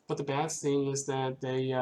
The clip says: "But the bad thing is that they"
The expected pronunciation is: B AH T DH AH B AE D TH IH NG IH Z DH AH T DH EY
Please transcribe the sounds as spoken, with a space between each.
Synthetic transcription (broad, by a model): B AH T DH AH B AE D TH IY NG IH Z DH AH T DH EY